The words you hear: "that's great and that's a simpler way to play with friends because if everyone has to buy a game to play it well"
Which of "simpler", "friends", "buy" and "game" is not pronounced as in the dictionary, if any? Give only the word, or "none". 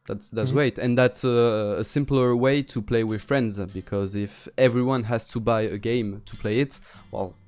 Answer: none